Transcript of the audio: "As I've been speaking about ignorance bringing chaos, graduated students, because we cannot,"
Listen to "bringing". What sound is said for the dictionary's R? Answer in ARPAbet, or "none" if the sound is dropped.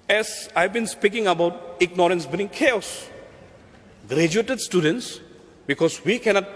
none